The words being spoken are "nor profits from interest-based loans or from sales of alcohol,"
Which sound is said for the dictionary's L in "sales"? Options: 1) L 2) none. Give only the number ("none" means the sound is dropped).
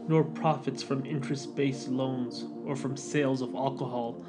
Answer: 1